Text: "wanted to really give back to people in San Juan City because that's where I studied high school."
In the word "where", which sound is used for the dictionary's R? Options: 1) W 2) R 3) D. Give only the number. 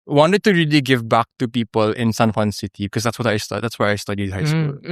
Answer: 1